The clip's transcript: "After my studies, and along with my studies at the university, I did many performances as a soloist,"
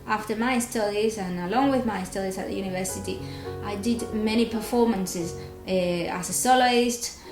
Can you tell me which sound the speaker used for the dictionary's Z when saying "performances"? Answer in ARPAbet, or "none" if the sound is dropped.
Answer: Z